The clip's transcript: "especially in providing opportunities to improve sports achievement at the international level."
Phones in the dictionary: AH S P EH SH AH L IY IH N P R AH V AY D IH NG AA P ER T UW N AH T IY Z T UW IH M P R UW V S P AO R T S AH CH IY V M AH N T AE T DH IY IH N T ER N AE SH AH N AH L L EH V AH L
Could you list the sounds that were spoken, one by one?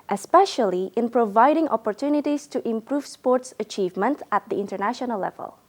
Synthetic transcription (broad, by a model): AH S P EH SH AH L IY IH N P R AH V AY D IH NG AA P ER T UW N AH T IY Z T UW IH M P R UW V S P AO R T S AH CH IY V M AH N T AE T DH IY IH N T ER N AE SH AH N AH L L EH V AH L